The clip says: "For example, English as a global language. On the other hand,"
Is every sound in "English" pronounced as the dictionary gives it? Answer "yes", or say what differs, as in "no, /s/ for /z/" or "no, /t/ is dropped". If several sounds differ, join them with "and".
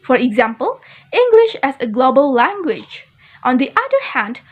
yes